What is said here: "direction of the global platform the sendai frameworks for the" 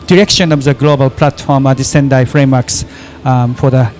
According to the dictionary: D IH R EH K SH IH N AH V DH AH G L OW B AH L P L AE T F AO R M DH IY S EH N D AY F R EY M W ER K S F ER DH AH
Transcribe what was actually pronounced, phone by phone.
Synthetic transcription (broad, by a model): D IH R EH K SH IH N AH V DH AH G L OW B AH L P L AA T F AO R M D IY S EH N D AY F R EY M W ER K S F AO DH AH